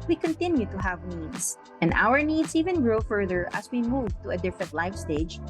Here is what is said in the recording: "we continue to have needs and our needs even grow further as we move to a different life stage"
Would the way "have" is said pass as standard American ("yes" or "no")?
yes